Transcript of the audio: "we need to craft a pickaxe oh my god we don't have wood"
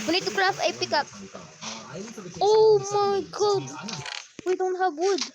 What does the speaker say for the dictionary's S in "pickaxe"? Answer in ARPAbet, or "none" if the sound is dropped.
none